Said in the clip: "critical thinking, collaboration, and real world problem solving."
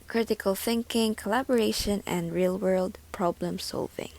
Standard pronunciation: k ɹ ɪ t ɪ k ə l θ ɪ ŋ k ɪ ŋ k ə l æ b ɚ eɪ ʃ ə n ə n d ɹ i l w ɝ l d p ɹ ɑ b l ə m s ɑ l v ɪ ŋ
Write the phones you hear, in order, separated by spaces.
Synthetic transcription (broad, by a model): k ɹ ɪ t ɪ k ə l θ ɪ ŋ k ɪ ŋ k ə l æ b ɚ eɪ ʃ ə n ə n d ɹ i l w ɝ l d p ɹ ɑ b l ə m s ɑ l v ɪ ŋ